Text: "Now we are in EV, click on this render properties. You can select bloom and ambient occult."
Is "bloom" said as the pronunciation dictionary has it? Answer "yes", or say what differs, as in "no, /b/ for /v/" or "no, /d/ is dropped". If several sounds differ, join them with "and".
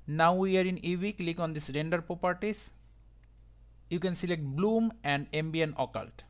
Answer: yes